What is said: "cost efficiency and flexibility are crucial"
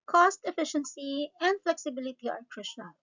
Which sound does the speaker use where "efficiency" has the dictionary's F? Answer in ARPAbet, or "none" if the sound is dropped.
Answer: F